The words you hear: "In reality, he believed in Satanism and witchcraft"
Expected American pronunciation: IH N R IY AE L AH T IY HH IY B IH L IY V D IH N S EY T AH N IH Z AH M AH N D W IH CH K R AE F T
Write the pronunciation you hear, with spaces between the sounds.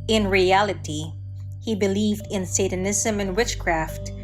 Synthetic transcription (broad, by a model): IH N R IY AE L AH T IY HH IY B IH L IY V D IH N S EY T AH N IH Z AH M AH N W IH CH K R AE F T